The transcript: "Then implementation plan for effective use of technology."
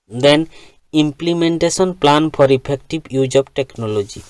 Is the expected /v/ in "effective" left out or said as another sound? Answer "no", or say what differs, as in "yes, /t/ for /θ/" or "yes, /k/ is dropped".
yes, /b/ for /v/